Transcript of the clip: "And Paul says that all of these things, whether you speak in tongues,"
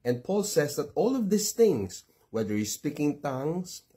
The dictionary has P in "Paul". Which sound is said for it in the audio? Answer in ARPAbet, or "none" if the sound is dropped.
P